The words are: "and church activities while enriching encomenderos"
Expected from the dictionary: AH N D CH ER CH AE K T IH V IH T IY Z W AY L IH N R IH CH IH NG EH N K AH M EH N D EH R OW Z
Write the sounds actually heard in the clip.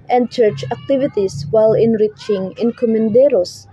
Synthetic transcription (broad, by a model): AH N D CH ER CH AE K T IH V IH T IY S W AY L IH N R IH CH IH NG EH N K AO M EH N D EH R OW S